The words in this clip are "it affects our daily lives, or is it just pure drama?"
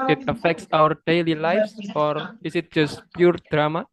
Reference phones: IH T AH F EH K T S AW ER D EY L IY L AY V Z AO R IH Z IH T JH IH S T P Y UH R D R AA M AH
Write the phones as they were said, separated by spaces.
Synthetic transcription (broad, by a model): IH T AH F EH K T S AW ER D EY L IY L AY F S AO R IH S IH T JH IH S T P Y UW R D R AA M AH